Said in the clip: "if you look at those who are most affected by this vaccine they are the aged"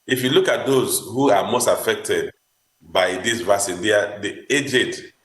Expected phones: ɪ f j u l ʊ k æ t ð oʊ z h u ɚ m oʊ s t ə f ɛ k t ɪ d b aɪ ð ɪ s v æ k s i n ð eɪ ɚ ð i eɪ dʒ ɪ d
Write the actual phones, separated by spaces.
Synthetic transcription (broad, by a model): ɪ f j u l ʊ k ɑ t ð oʊ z h u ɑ m oʊ s t ə f ɛ k t ɪ d b aɪ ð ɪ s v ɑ s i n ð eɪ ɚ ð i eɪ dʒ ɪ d